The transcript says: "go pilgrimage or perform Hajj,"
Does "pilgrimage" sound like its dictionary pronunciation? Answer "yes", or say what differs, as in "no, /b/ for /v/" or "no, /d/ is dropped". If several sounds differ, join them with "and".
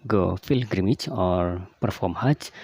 no, /f/ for /p/